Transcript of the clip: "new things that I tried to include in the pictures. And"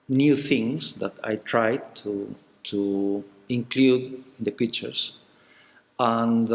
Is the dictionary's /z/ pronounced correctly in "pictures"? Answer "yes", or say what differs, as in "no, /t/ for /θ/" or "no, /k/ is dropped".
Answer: no, /s/ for /z/